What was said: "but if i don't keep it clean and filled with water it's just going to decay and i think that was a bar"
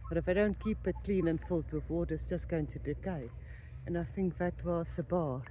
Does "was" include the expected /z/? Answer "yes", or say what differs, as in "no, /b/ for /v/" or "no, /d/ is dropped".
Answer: no, /s/ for /z/